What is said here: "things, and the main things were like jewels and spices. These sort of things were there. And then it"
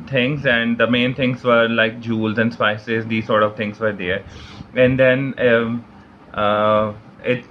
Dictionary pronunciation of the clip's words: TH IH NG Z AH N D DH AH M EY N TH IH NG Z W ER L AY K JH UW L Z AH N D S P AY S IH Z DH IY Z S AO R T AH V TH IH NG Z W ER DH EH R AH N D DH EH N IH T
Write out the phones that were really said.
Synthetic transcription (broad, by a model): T IH NG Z AH N D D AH M EY N T IH NG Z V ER L AY K JH UW L Z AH N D S P AY S IH Z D IY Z S AO R T AH V T IH NG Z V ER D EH R AH N D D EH N IH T